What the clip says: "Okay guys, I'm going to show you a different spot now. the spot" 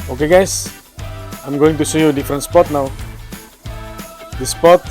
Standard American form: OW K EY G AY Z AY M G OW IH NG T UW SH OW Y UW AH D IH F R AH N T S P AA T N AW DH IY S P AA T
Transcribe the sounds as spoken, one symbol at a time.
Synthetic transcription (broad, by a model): OW K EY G AY S AY M G OW IH NG T UW S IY Y UW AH D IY F R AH N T S P AA T N AW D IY S P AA T